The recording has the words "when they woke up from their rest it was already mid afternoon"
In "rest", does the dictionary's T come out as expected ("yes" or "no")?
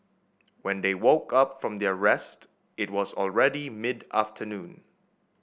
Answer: yes